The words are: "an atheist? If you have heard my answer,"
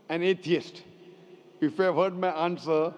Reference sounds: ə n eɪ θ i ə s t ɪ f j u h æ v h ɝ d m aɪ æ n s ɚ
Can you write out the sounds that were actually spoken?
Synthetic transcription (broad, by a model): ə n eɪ t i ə s t ɪ f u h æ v h ɝ d m aɪ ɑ n s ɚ